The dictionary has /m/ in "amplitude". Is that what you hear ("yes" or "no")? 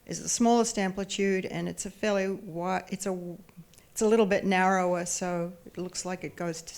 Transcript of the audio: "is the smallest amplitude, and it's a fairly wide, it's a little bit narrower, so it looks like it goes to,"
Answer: yes